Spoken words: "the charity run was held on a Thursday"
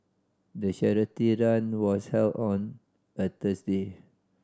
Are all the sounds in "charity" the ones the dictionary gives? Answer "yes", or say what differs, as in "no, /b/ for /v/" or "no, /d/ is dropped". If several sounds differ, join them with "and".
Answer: no, /ʃ/ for /tʃ/